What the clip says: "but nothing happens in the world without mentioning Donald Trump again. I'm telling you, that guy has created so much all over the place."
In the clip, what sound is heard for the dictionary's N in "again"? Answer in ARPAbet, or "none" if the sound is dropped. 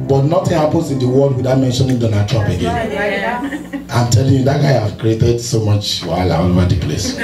N